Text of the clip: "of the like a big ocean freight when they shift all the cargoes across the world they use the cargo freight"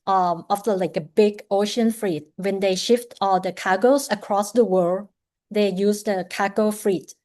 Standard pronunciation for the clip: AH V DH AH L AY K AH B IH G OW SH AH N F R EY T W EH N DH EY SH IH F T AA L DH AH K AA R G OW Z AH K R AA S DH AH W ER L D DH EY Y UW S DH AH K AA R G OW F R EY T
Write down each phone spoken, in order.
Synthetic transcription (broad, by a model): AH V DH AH L AY K AH B IH G OW SH AH N F R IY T W EH N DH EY SH IH F T AA L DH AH K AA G OW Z AH K R AA S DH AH W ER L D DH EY Y UW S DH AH K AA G OW F R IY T